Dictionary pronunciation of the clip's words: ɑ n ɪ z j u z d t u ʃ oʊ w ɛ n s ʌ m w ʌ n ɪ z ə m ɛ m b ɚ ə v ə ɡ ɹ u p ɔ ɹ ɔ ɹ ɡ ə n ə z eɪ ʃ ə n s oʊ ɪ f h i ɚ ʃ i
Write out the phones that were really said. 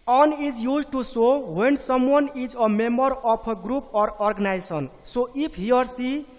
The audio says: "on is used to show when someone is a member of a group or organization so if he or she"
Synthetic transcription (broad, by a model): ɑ n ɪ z j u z t u s oʊ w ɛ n s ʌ m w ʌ n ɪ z ə m ɛ m b ɚ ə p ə ɡ ɹ u p ɔ ɹ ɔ ɹ ɡ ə n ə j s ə n s oʊ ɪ p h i ɚ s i